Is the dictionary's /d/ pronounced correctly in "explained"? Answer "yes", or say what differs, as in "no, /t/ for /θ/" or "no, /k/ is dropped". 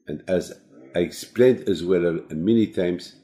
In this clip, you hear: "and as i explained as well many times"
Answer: yes